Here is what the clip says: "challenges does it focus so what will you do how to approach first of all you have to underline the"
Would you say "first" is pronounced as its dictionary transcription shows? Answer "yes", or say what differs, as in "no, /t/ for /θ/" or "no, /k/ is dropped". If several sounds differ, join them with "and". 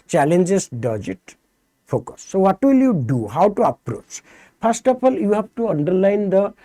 no, /p/ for /f/